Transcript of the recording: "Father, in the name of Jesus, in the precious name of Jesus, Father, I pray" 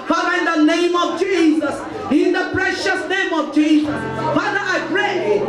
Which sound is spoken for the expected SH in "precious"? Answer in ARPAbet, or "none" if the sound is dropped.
SH